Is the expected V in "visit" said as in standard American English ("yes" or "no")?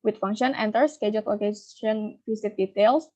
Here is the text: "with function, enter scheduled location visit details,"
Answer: no